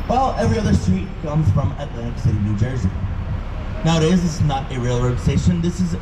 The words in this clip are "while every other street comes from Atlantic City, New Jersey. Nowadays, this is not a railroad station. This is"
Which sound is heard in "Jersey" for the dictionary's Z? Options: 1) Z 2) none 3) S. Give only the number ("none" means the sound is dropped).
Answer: 1